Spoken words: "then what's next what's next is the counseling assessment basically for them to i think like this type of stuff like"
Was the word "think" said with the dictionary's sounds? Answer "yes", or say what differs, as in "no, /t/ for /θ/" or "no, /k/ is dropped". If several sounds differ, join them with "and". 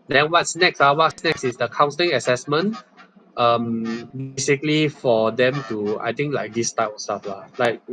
no, /t/ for /θ/